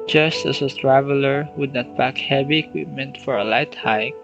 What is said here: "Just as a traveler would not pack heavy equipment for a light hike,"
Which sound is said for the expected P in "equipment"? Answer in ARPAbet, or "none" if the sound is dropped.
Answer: P